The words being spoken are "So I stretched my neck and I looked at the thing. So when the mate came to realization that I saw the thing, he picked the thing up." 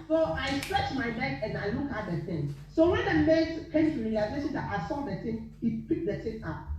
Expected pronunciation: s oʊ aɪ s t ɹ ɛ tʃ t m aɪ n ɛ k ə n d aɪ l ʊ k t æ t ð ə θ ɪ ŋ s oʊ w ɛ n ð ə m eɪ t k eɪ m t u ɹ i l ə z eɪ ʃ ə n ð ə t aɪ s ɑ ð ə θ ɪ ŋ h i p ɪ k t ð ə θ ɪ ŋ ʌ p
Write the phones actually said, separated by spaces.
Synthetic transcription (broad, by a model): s oʊ aɪ s t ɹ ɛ tʃ m aɪ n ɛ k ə n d aɪ l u k ɑ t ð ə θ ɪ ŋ s oʊ w ɛ n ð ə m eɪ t k eɪ m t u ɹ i l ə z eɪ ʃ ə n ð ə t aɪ s ɑ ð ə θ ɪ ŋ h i p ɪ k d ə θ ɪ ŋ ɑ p